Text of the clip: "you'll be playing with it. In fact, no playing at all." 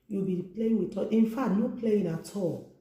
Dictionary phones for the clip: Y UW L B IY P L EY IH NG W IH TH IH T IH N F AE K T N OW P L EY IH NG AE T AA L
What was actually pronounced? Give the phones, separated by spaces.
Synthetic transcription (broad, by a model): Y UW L B IY P L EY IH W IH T IH T IH N F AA T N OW P L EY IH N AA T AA